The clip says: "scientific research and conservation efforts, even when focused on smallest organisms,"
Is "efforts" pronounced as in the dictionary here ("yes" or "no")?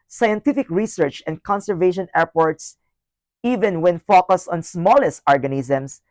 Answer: no